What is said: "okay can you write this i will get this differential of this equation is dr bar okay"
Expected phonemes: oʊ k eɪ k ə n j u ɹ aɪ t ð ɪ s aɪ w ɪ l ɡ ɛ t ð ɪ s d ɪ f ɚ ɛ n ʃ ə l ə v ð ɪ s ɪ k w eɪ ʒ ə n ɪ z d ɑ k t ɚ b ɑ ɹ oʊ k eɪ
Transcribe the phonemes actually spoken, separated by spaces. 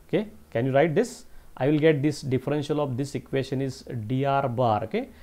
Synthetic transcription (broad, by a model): oʊ k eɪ k ə n j u ɹ aɪ t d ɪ s aɪ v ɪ l ɡ ɛ t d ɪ s d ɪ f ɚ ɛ n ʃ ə l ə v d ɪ s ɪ k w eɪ ʃ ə n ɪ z d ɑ t b ɑ ɹ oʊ k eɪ